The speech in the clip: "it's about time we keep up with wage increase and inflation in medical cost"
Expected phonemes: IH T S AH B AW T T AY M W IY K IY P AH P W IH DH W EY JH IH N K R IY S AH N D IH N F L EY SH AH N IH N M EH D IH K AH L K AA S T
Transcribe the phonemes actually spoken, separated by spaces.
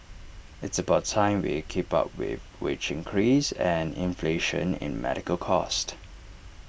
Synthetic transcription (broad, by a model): IH T S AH B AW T T AY M W IY K IY P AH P W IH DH W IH CH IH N K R IY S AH N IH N F L EY SH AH N IH N M EH D IH K AH L K AA S T